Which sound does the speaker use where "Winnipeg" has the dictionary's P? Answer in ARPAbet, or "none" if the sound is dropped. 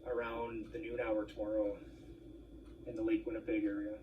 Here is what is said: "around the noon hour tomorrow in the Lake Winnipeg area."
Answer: B